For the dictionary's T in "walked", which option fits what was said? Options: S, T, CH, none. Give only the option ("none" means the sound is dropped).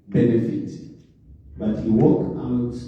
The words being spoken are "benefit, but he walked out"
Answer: none